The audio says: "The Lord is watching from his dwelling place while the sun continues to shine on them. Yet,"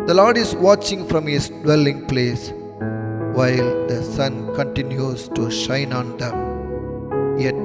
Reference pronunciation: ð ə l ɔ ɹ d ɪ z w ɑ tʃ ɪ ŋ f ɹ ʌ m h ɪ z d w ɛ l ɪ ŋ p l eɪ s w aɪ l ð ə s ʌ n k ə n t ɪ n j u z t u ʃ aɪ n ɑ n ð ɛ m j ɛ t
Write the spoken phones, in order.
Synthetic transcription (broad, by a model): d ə l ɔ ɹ d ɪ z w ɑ tʃ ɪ ŋ f ɹ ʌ m h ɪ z d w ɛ l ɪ ŋ p l eɪ s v aɪ l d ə s ʌ n k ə n t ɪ n j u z t u ʃ aɪ n ɑ n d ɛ m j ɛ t